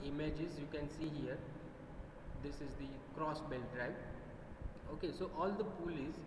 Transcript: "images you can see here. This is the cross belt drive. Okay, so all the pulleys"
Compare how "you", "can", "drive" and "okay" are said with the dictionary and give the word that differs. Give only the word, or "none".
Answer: drive